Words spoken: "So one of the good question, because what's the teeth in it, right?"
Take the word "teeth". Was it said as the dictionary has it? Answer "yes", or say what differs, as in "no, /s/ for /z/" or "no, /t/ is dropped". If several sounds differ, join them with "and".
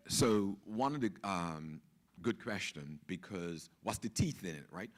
yes